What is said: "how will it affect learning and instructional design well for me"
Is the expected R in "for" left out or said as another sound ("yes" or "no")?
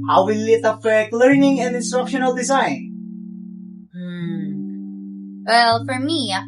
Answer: no